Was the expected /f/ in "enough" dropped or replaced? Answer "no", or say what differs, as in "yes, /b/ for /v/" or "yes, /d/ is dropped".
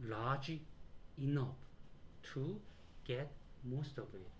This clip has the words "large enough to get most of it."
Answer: yes, /p/ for /f/